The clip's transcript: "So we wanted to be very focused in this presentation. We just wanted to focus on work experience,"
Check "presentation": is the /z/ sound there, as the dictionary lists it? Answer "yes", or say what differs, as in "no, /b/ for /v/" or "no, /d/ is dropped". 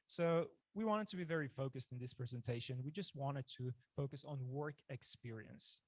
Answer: yes